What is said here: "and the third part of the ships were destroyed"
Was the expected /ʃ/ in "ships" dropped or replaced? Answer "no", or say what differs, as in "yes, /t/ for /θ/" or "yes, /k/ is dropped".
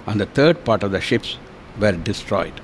no